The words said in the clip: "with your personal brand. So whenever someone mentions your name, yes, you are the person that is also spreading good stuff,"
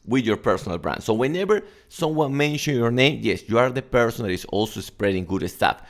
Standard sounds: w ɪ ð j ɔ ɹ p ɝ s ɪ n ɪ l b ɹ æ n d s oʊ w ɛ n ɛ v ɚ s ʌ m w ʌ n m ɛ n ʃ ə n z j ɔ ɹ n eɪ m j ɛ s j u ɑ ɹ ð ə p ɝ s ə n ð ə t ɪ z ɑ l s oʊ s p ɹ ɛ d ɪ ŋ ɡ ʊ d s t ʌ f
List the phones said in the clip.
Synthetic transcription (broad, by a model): w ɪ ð j ɔ ɹ p ɝ s ɪ n ɪ l b ɹ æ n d s oʊ w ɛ n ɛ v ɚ s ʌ m w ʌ n m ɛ n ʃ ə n j ɔ ɹ n eɪ m j ɛ s j u ɑ ɹ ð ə p ɝ s ə n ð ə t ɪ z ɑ l s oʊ s p ɹ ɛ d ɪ ŋ ɡ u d s t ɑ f